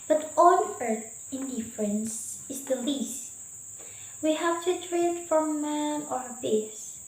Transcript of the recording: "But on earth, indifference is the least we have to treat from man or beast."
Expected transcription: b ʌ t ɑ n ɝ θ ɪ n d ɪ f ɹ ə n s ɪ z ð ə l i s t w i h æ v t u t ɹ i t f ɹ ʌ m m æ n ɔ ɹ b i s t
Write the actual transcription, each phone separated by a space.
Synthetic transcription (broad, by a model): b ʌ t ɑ l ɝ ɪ n d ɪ f ɹ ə n s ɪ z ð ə l i s t w i h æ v t u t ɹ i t f ɹ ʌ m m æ ɔ ɹ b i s